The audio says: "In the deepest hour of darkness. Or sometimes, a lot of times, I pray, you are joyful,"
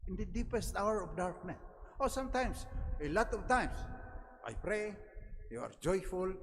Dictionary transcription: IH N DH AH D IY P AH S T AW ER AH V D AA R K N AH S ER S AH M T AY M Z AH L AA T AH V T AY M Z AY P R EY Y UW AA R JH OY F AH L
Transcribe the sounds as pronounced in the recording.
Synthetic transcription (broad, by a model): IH N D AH D IY P AH S T AW ER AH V D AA R K N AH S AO S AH M T AY M S AH L AA T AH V T AY M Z AY P R EY Y UW AA R JH OY F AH L